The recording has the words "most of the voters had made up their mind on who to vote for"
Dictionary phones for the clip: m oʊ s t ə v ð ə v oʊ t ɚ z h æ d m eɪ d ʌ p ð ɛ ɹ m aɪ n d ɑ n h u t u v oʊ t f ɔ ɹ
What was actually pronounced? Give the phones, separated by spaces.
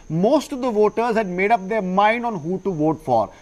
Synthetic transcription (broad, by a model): m oʊ s t ə v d ə v oʊ t ɚ z h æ d m eɪ d ʌ p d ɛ ɹ m aɪ n d ɑ n h u t u v oʊ t f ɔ ɹ